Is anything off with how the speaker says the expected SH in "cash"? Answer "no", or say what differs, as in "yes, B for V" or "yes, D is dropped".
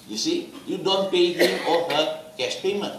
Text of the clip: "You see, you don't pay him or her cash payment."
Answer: yes, S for SH